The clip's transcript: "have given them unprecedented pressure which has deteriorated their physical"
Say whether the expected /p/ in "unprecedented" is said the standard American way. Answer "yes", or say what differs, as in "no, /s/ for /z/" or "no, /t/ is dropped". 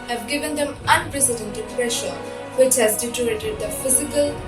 no, /p/ is dropped